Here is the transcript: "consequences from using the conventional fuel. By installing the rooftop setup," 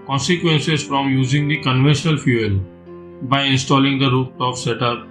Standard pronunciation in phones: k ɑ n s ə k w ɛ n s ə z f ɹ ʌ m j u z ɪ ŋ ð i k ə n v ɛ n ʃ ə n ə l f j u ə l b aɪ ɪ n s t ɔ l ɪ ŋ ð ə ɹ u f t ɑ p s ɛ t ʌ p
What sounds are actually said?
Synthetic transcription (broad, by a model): k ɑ n s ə k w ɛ n s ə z f ɹ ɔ m j u z ɪ ŋ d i k ə n v ɛ n ʃ ə n ə l f j u ə l b aɪ ɪ n s t ɔ l ɪ ŋ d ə ɹ u t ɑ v s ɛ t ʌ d